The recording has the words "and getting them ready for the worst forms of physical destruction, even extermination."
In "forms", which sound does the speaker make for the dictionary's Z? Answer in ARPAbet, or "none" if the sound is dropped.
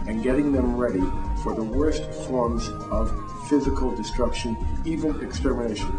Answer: Z